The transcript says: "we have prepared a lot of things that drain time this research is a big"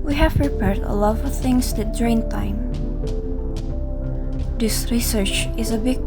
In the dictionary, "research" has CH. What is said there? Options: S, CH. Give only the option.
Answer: CH